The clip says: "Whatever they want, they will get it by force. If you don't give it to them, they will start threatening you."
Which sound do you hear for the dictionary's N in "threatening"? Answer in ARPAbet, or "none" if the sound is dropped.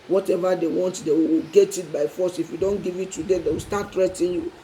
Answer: none